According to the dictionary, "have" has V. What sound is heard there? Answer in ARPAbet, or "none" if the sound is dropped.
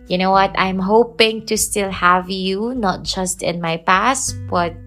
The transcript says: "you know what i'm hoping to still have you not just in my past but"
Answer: V